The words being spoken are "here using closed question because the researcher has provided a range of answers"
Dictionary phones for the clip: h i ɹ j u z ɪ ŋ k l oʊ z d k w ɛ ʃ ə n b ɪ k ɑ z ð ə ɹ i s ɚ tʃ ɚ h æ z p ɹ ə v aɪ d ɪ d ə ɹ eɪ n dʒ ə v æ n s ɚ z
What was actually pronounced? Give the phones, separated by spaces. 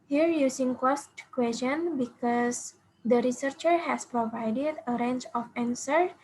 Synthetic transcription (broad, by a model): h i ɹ j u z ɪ ŋ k oʊ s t k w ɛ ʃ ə n b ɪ k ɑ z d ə ɹ i s ɚ tʃ ɚ h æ s p ɹ ə v aɪ d ɪ d ə ɹ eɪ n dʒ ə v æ n s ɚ